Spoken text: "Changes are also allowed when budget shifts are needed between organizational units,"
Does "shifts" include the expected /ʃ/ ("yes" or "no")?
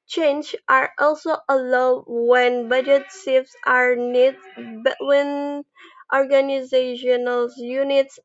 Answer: no